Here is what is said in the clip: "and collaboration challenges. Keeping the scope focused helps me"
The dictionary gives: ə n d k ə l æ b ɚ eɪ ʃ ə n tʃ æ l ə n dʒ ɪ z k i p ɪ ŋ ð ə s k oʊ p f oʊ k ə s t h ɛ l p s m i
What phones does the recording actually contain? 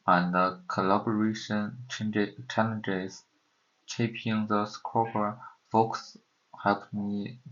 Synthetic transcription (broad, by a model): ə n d k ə l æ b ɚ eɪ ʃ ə n tʃ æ l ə n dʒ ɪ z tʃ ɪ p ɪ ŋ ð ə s k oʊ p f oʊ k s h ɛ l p m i